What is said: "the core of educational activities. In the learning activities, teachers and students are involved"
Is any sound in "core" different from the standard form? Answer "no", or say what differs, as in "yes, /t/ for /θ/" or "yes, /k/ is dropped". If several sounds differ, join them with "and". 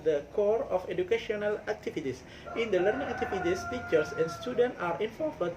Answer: no